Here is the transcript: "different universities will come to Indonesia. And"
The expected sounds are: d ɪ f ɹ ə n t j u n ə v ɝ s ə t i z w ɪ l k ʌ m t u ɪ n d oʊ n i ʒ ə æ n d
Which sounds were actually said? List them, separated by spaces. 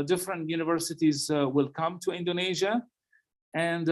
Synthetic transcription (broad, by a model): d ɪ f ɹ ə n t j u n ə v ɝ s ə t i z w ɪ l k ʌ m t u ɪ n d oʊ n i ʒ ə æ n d